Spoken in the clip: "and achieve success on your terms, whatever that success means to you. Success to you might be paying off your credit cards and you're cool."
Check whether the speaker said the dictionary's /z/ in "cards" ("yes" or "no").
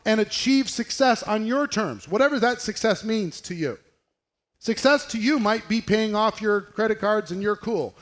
yes